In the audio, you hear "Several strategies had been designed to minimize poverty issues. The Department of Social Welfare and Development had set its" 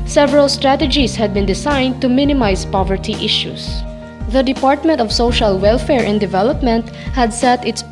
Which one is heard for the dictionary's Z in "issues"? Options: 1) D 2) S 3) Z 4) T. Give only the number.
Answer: 2